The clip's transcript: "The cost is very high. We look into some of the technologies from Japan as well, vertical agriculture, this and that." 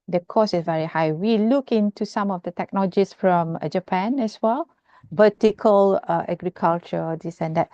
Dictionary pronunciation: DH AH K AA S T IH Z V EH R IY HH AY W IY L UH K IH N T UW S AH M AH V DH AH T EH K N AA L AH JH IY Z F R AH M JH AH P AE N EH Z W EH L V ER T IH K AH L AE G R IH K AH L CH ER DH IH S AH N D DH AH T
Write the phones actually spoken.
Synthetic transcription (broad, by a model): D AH K AA S IH S V EH R IY HH AY W IY L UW K IH N T UW S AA M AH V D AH T EH K N AA L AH JH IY S F R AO M JH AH P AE N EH S W EH L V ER T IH K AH L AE G R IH K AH L CH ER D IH S AH N D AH T